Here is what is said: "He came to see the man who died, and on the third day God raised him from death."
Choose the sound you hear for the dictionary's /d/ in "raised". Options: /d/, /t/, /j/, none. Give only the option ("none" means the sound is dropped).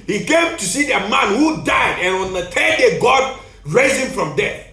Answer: none